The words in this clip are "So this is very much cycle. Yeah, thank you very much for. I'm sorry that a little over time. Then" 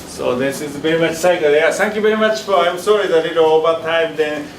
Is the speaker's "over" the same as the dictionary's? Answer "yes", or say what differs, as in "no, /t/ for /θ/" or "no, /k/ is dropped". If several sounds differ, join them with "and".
no, /p/ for /v/